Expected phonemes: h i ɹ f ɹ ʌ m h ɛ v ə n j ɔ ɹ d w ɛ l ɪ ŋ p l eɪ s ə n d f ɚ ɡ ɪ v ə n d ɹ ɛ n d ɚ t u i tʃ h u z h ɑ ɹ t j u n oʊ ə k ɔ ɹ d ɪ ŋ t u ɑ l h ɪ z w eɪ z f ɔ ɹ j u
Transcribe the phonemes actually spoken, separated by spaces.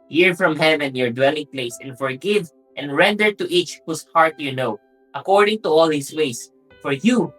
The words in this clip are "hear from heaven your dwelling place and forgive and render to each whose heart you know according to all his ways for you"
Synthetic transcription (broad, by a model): h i ɹ f ɹ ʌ m h ɛ v ə n j ɔ ɹ d w ɛ l ɪ ŋ p l eɪ s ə n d f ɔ ɡ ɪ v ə n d ɹ ɛ n d ɚ t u i tʃ h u s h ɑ ɹ t j u n oʊ ə k ɔ ɹ d ɪ ŋ t u ɑ l h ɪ s w eɪ s f ɔ ɹ j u